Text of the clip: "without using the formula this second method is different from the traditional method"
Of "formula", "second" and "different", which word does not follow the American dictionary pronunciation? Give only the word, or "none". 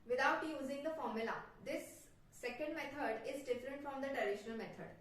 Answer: none